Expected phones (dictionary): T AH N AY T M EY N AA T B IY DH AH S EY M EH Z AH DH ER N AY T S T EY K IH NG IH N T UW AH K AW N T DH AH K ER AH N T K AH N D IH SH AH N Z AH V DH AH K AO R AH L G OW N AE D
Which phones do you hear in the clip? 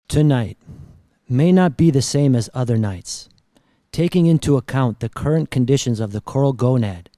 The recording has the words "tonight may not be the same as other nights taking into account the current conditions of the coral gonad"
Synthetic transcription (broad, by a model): T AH N AY T M EY N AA T B IY DH AH S EY M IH Z AH DH ER N AY T S T EY K IH NG IH N T UW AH K AW N DH AH K ER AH N K AH N D IH SH AH N Z AH V DH AH K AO R L G OW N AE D